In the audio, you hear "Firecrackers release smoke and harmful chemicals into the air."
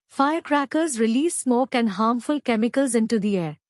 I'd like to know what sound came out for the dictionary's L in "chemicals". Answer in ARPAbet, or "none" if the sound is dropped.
L